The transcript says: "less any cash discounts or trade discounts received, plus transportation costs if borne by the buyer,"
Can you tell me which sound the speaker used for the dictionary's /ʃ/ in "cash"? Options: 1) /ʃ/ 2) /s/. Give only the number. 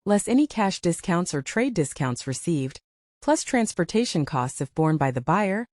1